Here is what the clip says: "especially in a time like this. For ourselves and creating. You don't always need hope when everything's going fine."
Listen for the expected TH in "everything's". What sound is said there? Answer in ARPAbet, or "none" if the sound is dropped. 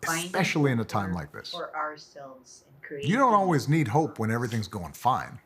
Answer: TH